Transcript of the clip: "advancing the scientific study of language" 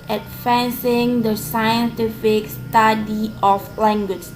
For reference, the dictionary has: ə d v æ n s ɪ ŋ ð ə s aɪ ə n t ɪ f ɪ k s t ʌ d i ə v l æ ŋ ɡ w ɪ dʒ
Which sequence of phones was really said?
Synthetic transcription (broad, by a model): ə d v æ n s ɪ ŋ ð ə s aɪ ə n t ɪ f ɪ k s t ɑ d i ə f l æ ŋ ɡ w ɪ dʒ